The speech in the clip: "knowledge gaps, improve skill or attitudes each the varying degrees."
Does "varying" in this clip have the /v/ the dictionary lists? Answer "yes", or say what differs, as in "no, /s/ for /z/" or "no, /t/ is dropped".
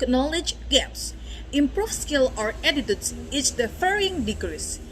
no, /f/ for /v/